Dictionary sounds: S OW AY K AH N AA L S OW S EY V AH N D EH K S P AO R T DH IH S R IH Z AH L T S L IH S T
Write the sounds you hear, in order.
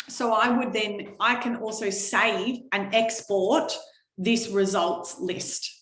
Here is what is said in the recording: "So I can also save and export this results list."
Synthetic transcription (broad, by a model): S OW AY K AH N AA L S OW S EY V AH N EH K S P AO R T DH IH S R IH Z AH L T S L IH S T